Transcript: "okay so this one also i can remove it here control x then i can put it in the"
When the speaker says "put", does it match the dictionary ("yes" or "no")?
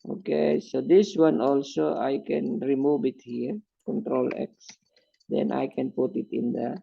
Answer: yes